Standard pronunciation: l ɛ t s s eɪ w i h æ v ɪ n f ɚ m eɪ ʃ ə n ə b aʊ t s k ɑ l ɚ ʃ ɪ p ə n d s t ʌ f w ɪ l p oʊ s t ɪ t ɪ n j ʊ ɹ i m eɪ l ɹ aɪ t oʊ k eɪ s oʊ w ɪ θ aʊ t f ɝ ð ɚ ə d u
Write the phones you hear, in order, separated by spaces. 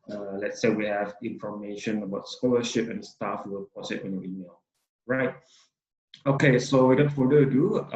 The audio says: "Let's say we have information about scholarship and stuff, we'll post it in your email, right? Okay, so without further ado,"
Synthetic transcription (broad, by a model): l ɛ t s s eɪ w i h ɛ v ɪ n f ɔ m eɪ ʃ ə n ə b aʊ t s k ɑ l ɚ ʃ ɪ p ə n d s t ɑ f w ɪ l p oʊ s ɪ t ɪ n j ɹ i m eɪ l ɹ aɪ t oʊ k eɪ s oʊ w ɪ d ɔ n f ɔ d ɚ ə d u